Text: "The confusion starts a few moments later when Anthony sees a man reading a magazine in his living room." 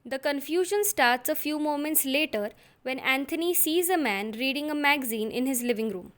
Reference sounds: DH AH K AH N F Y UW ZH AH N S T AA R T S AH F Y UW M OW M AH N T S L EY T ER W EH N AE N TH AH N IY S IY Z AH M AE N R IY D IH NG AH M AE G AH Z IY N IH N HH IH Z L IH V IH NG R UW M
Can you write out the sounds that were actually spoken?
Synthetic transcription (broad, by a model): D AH K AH N F Y UW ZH AH N S T AA R T S AH F Y UW M OW M AH N T S L EY T ER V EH N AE N T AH N IY S IY Z AH M AE N R IY D IH NG AH M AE G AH Z IY N IH N HH IH Z L IH V IH NG R UW M